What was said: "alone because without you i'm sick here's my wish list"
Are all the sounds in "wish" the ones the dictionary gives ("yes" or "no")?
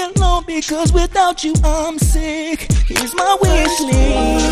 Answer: no